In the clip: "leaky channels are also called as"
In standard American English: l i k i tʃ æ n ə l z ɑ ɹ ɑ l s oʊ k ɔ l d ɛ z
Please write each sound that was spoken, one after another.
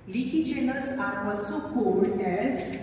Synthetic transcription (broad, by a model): l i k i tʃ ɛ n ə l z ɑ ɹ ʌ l s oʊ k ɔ d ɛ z